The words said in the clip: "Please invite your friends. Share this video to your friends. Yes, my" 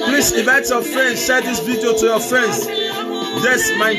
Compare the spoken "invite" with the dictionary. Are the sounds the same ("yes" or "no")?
no